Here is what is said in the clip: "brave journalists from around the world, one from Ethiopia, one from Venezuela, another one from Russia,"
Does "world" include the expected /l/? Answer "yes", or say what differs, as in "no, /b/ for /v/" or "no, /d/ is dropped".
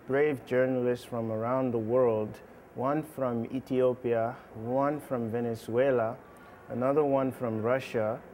yes